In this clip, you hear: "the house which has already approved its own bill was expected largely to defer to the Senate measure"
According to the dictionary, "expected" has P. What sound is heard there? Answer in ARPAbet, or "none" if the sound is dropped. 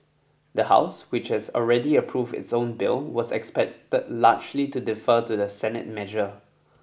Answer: P